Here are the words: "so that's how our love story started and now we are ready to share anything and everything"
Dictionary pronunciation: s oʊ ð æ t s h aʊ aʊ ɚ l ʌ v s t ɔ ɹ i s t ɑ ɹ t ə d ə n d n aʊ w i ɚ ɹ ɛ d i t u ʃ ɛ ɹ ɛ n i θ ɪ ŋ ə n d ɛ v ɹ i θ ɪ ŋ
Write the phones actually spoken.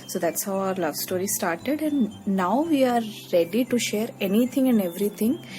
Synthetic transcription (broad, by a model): s oʊ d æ t s h aʊ aʊ ɚ l ʌ v s t ɔ ɹ i s t ɑ ɹ t ə d ə n d n aʊ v i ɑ ɹ ɛ d i t u ʃ ɛ ɹ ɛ n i t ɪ ŋ ə n d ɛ v ɹ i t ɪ ŋ